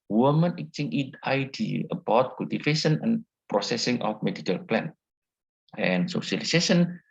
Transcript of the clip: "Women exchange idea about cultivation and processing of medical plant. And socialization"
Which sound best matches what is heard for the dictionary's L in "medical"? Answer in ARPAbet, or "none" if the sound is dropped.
L